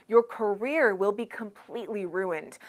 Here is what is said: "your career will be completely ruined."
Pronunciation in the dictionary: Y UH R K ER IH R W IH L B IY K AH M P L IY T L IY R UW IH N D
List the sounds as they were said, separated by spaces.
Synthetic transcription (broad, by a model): Y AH R K ER IH R W IH L B IY K AH M P L IY T L IY R UW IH N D